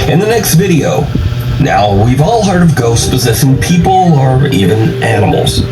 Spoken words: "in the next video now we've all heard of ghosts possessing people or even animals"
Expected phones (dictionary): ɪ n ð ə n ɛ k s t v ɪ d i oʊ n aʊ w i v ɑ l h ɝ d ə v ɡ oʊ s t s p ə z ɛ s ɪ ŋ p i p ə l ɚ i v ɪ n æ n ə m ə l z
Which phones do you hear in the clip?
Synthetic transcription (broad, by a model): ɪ n ð ə n ɛ k s t v ɪ d i oʊ n aʊ w i v ɑ l h ɝ d ə v ɡ oʊ s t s p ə z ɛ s ɪ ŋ p i p l ɚ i v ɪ n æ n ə m l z